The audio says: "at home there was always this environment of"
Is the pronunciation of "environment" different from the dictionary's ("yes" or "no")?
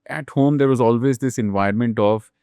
yes